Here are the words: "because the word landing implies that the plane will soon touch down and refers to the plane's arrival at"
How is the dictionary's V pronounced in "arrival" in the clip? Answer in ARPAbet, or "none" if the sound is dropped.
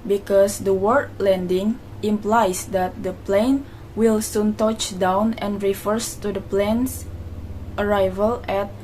V